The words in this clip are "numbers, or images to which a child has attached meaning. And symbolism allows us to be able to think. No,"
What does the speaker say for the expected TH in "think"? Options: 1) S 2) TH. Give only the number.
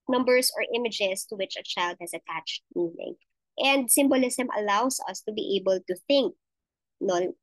2